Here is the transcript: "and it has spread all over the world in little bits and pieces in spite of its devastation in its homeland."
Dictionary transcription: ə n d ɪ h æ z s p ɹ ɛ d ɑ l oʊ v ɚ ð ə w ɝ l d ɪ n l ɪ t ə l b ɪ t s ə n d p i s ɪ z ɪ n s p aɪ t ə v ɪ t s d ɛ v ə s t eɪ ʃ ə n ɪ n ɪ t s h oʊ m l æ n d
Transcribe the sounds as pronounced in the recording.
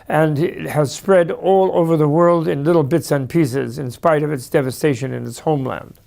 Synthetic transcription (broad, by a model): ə n ɪ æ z s p ɹ ɛ d ɑ l oʊ v ɚ ð ə w ɝ l d ɪ n l ɪ t l b ɪ t s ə n p i s ɪ z ɪ n s p aɪ t ə v ɪ t s d ɛ v ə s t eɪ ʃ ə n ɪ n ɪ t s h oʊ m l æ n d